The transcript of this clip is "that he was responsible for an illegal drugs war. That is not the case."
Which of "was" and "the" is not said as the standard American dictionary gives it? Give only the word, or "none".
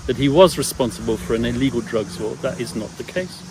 none